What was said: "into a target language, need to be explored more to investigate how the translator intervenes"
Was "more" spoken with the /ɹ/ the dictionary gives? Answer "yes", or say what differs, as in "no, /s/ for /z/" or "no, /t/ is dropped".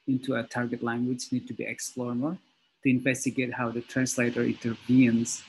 no, /l/ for /ɹ/